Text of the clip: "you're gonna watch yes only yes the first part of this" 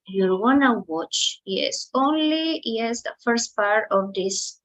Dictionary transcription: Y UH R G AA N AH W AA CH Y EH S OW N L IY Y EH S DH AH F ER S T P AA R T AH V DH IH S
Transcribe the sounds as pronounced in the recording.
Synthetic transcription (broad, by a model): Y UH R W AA N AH W AA CH Y EH S OW N L IY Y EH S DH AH F ER S T P AA R T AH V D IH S